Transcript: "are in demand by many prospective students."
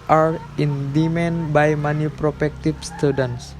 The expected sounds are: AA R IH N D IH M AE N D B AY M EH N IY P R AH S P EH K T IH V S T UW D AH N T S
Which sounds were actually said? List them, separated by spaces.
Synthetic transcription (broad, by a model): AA R IH N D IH M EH N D B AY M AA N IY P R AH P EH K T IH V S T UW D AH N S